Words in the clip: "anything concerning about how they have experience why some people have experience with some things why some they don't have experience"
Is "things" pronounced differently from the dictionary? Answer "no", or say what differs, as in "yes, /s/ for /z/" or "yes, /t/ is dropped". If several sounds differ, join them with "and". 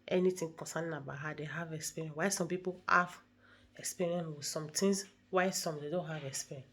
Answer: yes, /t/ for /θ/